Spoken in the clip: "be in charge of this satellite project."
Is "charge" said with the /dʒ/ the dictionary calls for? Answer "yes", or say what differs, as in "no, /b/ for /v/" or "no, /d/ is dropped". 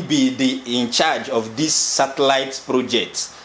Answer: yes